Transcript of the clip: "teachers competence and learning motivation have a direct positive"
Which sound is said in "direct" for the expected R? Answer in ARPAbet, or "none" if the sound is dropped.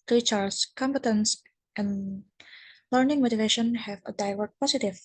L